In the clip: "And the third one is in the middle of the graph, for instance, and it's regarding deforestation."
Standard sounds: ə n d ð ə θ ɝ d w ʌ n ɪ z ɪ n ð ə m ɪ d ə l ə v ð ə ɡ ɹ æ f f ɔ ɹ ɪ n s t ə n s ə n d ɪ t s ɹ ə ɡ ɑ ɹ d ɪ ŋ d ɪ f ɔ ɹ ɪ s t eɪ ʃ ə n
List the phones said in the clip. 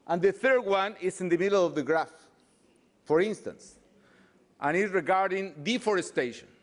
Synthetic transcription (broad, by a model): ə n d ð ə θ ɝ d w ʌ n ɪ s ɪ n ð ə m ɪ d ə l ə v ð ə ɡ ɹ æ f f ɔ ɹ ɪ n s t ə n s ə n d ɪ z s ɹ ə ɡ ɑ ɹ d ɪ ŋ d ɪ f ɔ ɹ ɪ s t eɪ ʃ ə n